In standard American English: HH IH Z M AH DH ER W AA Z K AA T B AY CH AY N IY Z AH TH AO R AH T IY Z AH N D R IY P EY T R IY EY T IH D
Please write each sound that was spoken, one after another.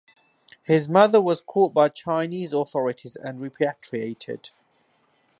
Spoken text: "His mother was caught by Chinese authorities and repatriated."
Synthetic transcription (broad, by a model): HH IH Z M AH DH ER W AA Z K AA T B AY CH AY N IY Z AH TH AO R AH T IY Z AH N R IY P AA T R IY EY T IH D